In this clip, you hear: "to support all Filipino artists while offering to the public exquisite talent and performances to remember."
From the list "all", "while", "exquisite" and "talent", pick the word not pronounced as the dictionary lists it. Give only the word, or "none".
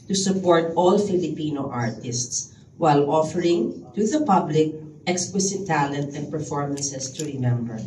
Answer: exquisite